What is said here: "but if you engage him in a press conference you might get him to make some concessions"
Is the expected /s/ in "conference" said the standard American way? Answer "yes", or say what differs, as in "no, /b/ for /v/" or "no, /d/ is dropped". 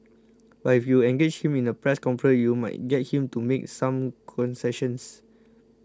no, /s/ is dropped